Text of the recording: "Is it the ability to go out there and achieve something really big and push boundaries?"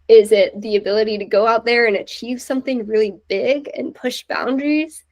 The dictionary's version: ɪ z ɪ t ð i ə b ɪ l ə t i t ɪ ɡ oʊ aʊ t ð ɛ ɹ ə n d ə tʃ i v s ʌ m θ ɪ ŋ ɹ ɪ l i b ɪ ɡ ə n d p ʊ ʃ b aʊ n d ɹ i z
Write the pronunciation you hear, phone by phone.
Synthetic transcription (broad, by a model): ɪ z ɪ t ð i ə b ɪ l ə t i t ɪ ɡ oʊ aʊ t ð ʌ ɹ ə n ə tʃ i v s ʌ m θ ɪ ŋ ɹ ɪ l i b ɪ ɡ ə n p ʊ ʃ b aʊ n d ɹ i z